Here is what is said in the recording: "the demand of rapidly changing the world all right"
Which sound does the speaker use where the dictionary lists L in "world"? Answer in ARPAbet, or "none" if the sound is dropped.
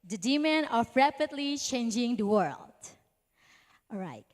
L